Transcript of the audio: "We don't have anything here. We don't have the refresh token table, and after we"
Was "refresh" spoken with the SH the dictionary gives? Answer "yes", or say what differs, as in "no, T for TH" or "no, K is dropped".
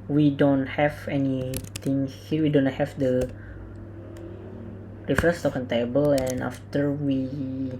no, S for SH